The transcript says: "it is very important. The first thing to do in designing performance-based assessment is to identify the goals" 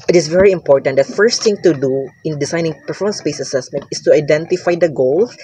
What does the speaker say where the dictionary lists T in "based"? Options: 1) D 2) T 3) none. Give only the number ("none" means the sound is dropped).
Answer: 3